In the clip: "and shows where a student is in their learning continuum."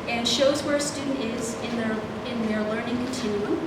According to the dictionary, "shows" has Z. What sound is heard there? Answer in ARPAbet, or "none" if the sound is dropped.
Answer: Z